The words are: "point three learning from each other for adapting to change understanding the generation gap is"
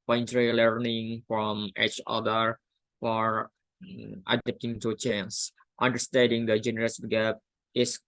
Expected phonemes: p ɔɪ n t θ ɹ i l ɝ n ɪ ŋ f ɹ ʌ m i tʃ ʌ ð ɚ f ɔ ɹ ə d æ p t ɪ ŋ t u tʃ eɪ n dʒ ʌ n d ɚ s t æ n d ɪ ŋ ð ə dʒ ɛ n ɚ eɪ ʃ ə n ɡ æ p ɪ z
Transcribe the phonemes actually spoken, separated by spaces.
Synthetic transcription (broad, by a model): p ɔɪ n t ɹ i l ɝ n ɪ ŋ f ɹ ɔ m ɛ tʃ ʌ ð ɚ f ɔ ɹ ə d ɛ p t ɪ ŋ t u tʃ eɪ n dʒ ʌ n d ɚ s t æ n d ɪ ŋ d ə dʒ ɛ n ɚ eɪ s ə ɡ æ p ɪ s